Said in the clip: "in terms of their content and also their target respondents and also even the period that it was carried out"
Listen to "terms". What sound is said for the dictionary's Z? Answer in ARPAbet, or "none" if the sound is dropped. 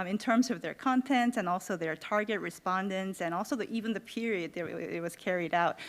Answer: Z